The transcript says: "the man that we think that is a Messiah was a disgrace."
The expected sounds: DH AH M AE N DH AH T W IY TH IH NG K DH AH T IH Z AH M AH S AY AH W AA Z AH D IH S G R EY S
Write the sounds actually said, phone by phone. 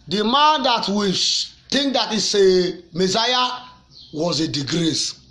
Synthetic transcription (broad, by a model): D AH M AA N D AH T W IY T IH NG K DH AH T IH S AH M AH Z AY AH W AA Z AH D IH G R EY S